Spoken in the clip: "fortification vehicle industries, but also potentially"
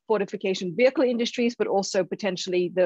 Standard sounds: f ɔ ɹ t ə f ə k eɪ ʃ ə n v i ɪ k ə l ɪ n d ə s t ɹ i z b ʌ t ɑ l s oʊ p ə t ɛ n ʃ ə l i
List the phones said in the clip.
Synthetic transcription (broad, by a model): f ɔ ɹ t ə f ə k eɪ ʃ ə n v i ɪ k ə l ɪ n d ə s t ɹ i z b ʌ t ɑ l s oʊ p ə t ɛ n ʃ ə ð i